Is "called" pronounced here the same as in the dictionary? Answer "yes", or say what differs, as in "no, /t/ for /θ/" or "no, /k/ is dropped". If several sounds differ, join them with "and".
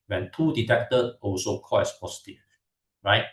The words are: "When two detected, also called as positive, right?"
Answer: no, /d/ is dropped